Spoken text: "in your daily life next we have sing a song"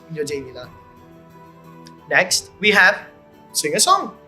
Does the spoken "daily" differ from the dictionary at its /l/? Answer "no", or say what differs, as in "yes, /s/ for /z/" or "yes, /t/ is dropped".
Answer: yes, /n/ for /l/